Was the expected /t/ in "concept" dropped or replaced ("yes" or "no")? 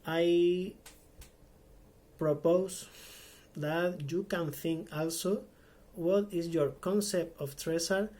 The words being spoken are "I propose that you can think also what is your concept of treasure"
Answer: no